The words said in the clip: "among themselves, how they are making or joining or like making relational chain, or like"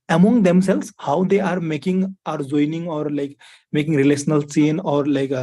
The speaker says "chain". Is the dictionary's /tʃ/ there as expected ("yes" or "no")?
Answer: no